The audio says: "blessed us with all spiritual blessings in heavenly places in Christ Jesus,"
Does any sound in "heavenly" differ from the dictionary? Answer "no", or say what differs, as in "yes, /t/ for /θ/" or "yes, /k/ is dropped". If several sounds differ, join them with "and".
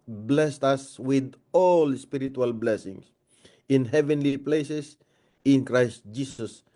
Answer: no